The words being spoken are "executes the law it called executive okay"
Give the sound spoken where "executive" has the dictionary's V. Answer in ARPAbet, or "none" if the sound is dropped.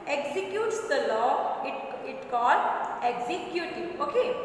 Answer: none